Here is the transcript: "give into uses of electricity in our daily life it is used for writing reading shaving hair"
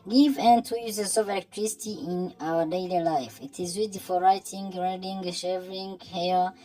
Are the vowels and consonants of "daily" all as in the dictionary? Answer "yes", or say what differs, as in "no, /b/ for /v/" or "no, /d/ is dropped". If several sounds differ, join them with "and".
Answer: yes